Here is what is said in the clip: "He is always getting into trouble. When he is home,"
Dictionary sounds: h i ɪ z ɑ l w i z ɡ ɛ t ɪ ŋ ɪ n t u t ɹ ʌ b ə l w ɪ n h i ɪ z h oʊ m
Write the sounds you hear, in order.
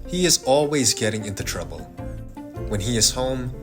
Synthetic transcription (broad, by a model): h i ɪ z ɑ l w i z ɡ ɛ t ɪ ŋ ɪ n t u t ɹ ʌ b ə l w ɪ n i ɪ z h oʊ m